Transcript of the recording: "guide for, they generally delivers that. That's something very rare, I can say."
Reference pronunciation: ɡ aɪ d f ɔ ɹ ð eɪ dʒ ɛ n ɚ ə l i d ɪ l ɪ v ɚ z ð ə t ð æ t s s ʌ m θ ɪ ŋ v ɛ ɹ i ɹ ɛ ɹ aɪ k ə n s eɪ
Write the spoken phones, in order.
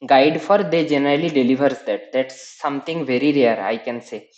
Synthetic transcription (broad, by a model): ɡ aɪ d f ɔ ɹ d eɪ dʒ ɛ n ɚ ə l i d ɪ l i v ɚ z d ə t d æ t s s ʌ m t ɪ ŋ v ɛ ɹ i ɹ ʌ ɹ aɪ k ə n s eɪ